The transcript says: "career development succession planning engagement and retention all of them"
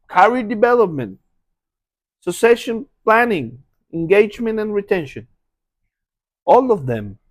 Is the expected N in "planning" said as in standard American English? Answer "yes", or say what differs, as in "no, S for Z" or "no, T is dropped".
yes